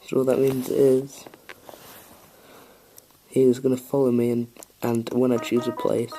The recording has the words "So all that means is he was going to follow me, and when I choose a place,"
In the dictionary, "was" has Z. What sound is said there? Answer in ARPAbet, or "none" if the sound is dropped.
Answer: Z